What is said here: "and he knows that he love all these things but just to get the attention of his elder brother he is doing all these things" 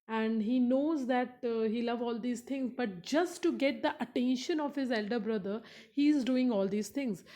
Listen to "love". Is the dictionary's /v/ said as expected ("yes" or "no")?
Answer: yes